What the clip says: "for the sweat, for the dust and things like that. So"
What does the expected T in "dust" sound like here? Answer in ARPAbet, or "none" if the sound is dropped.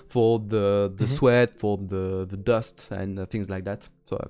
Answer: T